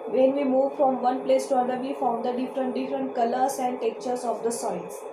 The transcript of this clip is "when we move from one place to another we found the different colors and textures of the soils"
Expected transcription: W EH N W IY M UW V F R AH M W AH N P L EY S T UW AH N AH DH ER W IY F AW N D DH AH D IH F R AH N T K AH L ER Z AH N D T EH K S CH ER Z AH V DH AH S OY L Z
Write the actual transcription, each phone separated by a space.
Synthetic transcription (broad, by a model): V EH N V IY M UW V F R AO M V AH N P L EY S T UW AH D AH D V IY F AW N D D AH D IH F R AH N T K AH L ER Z AH N D T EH K CH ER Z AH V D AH S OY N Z